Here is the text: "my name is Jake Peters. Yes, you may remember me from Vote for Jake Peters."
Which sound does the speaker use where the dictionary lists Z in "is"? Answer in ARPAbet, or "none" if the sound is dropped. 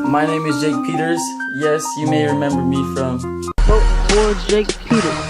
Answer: Z